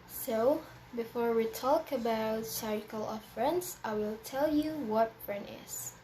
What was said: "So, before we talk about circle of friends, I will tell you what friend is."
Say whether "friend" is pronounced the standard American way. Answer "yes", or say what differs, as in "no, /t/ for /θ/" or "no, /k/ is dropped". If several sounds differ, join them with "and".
yes